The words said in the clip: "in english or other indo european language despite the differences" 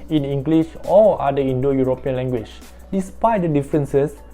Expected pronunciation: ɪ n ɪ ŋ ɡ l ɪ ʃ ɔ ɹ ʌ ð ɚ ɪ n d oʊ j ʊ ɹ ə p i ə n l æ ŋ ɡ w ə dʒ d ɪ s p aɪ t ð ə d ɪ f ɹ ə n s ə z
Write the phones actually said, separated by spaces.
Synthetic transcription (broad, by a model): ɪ n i ŋ ɡ l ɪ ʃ ɔ l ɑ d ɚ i n d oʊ j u ɹ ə p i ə n l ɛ ŋ ɡ w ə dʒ d ɪ s p aɪ t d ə d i f ɹ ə n s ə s